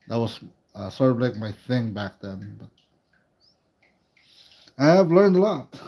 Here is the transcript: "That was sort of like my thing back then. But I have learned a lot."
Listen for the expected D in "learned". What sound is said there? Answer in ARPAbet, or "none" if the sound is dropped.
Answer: D